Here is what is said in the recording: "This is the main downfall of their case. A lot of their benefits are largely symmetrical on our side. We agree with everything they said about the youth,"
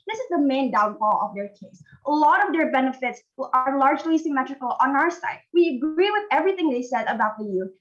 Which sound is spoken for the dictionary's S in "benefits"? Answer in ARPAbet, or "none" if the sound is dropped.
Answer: S